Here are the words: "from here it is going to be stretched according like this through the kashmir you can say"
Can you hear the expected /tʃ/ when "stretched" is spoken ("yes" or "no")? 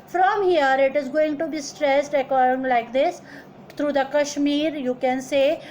no